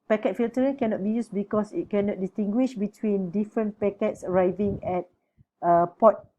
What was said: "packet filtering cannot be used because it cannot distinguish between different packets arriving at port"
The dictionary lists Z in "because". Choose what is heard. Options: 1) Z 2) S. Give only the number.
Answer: 2